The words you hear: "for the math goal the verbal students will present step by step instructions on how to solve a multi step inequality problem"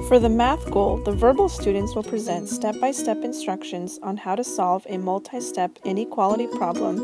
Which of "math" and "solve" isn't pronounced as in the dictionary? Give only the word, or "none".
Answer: none